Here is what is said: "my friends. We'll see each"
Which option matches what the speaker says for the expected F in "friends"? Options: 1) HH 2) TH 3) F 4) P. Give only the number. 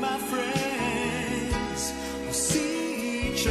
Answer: 3